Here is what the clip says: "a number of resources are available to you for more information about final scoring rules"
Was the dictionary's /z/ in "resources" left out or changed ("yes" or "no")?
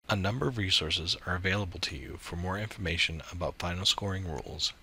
no